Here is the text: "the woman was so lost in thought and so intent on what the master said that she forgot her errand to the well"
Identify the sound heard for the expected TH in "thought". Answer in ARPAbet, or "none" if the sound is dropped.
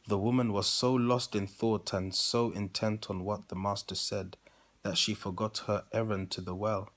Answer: TH